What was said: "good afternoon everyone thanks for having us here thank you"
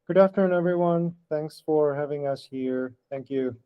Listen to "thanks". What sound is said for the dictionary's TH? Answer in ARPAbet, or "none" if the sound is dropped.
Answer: TH